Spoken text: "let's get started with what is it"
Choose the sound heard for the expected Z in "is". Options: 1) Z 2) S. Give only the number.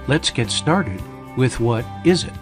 1